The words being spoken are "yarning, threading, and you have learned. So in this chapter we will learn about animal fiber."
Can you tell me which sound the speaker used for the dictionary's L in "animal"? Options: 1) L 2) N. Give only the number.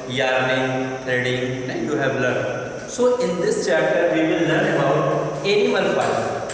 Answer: 2